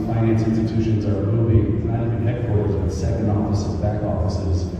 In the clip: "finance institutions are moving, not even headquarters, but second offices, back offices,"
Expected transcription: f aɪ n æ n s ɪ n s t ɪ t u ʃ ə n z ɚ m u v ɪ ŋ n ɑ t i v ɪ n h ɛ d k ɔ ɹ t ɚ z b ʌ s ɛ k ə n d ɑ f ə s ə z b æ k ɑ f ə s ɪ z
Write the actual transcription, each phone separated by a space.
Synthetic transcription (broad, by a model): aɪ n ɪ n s ɪ n s t ɪ t u ʃ ə n z ɚ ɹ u b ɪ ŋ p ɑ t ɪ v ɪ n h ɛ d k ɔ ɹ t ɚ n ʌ s ɛ k ə n d ɑ f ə s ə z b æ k ɑ f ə s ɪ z